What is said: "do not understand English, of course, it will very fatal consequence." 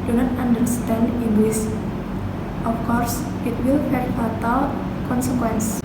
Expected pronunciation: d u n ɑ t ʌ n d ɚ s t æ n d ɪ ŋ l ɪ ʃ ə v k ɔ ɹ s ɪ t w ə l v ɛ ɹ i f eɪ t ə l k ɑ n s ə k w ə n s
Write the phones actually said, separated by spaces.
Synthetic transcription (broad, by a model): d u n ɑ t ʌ n d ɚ s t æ n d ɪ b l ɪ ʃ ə f k ɔ ɹ s ɪ t w ə l f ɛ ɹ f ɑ t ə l k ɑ n s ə k w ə n s